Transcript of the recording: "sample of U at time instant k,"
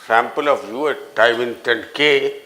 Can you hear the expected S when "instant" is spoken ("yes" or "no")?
no